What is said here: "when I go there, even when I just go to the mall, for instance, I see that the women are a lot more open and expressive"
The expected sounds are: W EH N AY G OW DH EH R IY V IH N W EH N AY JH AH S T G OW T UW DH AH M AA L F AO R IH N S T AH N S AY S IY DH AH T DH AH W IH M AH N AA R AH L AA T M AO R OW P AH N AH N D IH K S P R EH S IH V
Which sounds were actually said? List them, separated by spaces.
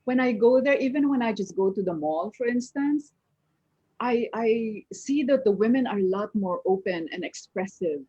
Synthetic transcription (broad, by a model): W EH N AY G OW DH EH R IY V IH N W EH N AY JH AH S T G OW T UW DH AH M AA L F AO R IH N S T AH N S AY S IY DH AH T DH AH W IH M AH N AA R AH L AA T M AO R OW P AH N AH N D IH K S P R EH S IH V